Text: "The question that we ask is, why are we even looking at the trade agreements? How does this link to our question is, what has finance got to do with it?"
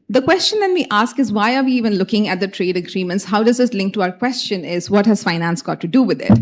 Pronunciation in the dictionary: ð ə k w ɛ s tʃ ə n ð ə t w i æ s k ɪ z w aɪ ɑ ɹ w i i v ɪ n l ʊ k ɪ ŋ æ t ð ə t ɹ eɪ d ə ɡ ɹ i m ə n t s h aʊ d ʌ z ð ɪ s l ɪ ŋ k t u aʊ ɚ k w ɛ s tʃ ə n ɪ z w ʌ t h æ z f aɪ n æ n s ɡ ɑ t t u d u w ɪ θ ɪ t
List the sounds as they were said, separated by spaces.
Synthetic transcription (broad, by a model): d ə k w ɛ s tʃ ə n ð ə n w i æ s k ɪ z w aɪ ɑ ɹ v i i v ɪ n l ʊ k ɪ ŋ æ t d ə t ɹ eɪ d ə ɡ ɹ i m ə n t s h aʊ d ʌ z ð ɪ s l ɪ ŋ k t u aʊ ɚ k w ɛ s tʃ ə n ɪ z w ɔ t h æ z f aɪ n æ n s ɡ ɑ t t u d u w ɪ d ɪ t